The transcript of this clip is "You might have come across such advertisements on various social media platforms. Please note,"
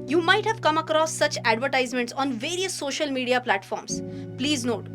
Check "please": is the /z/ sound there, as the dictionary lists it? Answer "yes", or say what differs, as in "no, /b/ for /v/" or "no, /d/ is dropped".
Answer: yes